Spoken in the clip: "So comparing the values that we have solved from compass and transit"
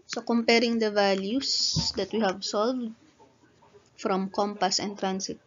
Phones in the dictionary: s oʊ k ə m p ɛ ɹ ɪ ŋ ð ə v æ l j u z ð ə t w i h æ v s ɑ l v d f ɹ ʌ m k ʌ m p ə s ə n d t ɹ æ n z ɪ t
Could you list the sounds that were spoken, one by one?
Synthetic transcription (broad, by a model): s oʊ k ə m p ɛ ɹ ɪ ŋ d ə v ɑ l j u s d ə t w i h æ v s ɑ l v d f ɹ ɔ m k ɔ m p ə s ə n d t ɹ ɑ n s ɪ t